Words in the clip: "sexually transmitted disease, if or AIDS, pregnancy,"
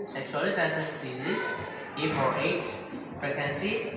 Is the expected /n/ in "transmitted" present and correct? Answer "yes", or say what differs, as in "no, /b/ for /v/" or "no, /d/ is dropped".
no, /n/ is dropped